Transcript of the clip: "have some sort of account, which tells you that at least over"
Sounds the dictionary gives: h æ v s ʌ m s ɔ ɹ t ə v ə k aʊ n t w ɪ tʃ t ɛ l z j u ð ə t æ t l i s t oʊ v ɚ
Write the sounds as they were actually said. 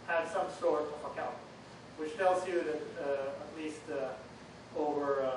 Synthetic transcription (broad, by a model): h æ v s ʌ m s ɔ ɹ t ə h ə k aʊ t w ɪ tʃ t ɛ l z j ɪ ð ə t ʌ t l i s t oʊ v ɚ